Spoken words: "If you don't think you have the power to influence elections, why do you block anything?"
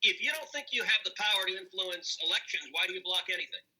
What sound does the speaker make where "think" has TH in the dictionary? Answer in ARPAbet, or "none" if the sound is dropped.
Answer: TH